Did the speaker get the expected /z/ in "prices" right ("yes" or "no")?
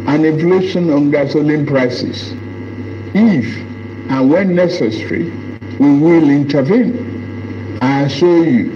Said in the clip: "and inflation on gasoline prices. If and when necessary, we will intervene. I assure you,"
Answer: no